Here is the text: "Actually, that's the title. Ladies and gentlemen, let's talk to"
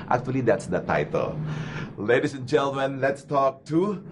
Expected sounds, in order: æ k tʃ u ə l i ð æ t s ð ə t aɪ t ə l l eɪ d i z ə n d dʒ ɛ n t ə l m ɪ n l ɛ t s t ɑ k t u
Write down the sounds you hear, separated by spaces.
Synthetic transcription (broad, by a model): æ k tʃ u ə l i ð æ t s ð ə t aɪ t ə l l eɪ d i s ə n dʒ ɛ n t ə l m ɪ n l ɛ t s t ɑ k t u